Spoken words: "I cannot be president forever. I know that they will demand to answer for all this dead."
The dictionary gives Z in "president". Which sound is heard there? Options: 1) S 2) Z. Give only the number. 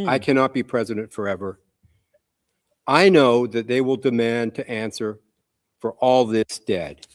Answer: 2